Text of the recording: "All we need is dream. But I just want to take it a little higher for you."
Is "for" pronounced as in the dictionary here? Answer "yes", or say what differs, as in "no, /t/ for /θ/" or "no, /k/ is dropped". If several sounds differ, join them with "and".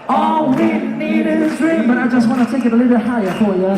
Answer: no, /l/ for /ɹ/